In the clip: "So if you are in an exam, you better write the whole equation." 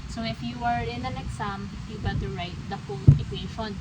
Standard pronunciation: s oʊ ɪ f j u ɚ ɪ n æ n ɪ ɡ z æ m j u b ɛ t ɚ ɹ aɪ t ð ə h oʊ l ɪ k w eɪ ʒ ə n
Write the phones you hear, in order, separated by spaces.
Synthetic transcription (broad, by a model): s oʊ ɪ f j u ɚ ɪ n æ n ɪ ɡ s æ m j u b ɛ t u ɹ aɪ t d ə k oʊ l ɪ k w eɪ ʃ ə n